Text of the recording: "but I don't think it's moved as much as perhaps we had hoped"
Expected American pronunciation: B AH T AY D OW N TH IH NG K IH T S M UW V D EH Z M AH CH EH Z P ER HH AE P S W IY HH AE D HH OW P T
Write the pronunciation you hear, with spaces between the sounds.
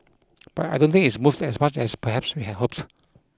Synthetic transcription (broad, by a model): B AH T AY D OW N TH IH NG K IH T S M UW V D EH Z M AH CH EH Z P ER HH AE P S W IY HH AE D HH OW P T